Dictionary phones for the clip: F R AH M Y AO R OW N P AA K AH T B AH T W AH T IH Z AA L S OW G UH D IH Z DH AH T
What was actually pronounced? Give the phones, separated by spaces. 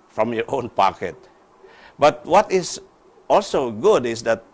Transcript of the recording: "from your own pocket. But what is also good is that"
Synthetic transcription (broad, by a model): F R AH M Y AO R OW N P AA K AH T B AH T W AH T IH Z AA L S OW G UH D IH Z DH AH T